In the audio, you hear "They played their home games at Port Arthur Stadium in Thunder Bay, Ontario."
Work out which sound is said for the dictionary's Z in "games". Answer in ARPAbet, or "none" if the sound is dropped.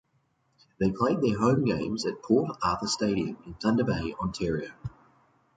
Z